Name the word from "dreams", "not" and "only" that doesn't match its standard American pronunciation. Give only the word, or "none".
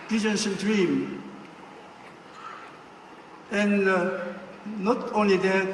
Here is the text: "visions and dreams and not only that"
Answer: dreams